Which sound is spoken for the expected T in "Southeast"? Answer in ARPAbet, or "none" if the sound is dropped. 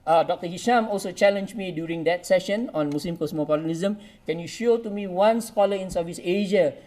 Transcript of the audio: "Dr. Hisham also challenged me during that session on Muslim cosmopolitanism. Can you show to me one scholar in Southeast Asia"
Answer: none